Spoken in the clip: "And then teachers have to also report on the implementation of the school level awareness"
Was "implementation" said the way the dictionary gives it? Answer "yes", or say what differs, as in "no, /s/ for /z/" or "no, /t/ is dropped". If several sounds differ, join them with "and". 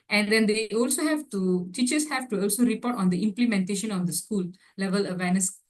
yes